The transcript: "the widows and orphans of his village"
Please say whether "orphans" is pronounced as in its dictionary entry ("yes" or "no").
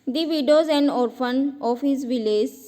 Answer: no